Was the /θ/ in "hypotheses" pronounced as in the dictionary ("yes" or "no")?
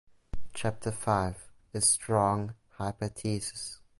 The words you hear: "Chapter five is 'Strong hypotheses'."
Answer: no